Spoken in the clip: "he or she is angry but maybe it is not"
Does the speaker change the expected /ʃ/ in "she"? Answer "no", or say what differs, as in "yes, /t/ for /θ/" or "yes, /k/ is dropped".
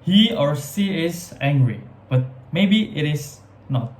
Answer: yes, /s/ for /ʃ/